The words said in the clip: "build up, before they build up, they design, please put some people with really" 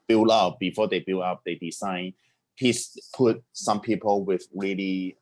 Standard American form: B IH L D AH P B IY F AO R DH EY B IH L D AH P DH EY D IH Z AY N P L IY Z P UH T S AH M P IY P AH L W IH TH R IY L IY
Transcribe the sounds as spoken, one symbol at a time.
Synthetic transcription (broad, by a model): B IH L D AH P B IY F AO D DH EY B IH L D AH P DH EY D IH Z AY N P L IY S P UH T S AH M P IY P AH L W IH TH R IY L IY